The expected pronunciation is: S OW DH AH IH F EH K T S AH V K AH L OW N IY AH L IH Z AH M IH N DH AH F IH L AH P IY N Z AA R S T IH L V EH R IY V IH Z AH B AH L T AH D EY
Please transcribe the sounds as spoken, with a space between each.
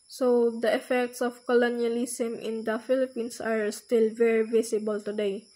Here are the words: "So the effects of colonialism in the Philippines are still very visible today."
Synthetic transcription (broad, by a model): S OW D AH IH F EH K T S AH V K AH L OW N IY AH L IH S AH M IH N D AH F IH L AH P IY N S AA R S T IH L V EH R IY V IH S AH B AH L T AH D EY